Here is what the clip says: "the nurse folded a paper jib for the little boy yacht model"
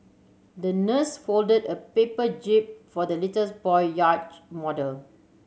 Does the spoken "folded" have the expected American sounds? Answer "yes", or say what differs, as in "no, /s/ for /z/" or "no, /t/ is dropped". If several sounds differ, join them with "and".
yes